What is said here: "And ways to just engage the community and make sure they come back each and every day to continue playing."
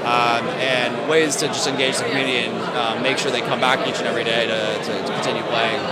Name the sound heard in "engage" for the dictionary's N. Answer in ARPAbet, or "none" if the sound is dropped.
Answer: N